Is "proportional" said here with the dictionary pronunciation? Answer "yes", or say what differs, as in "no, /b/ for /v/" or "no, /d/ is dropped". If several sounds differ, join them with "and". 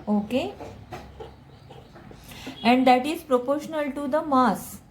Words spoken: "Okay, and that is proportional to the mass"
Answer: yes